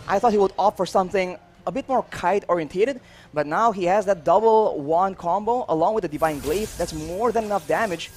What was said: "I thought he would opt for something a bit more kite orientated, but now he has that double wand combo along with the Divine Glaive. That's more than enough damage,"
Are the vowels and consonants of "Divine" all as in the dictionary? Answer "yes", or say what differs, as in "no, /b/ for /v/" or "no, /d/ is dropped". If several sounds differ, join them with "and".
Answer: yes